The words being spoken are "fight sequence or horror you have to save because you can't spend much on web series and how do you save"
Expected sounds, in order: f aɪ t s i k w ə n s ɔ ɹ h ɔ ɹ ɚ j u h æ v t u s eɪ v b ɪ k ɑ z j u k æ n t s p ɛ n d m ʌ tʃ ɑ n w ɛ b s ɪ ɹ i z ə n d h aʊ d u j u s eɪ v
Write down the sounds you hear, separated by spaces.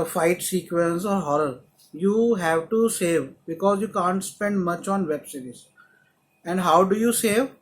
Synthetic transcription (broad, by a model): f aɪ t s i k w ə n s ɔ ɹ h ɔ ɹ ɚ j u h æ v t u s eɪ v b ɪ k ɑ z j u k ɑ n t s p ɛ n d m ʌ tʃ ɑ n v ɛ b s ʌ ɹ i s ə n d h aʊ d u j u s eɪ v